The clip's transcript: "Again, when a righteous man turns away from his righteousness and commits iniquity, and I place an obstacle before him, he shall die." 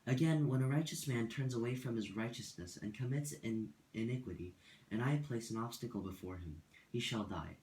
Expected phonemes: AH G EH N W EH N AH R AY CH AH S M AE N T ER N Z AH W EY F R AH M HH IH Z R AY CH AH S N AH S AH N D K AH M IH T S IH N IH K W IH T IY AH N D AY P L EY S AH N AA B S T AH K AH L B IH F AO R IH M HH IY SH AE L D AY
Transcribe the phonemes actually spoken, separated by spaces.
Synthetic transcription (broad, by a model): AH G EH N W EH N AH R AY CH AH S M AE N T ER N Z AH W EY F R AH M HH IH Z R AY CH AH S N AH S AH N K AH M IH T S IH N IH K W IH T IY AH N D AY P L EY S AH N AA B S T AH K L B IH F AO R IH M HH IY SH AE L D AY